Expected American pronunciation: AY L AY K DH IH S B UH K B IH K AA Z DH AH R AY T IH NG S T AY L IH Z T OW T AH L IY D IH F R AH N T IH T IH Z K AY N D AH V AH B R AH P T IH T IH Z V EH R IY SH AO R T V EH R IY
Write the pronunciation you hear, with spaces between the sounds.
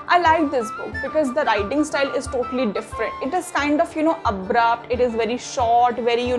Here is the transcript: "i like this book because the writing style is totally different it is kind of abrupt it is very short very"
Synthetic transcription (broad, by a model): AY L AY K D IH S B UH K B IH K AA Z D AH R AY T IH NG S T AY L IH Z T OW T AH L IY D IH F R AH N T IH T IH Z K AY N D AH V AH B R AH P T IH T IH Z V EH R IY SH AO R T V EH R IY